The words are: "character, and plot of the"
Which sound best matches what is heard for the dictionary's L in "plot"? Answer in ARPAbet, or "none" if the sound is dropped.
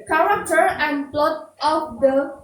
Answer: L